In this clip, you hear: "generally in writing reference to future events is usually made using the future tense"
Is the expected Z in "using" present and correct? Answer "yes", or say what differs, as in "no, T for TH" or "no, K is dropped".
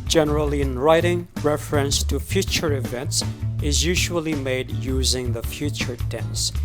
yes